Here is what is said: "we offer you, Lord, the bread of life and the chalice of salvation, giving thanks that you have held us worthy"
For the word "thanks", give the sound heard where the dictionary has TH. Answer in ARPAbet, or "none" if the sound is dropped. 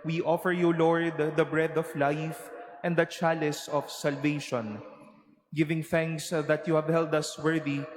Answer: TH